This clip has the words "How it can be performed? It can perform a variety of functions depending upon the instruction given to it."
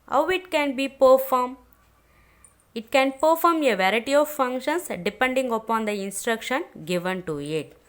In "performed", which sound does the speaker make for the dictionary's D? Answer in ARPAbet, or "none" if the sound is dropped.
none